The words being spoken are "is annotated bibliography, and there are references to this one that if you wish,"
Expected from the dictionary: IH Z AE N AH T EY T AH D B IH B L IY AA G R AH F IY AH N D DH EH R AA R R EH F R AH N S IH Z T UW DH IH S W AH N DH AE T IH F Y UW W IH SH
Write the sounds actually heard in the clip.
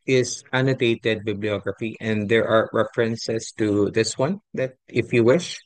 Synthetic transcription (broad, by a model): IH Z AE N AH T EY T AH D B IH B L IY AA G R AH F IY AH N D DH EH R AA R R EH F R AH N S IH S T UW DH IH S W AH N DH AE T IH F Y UW W IH SH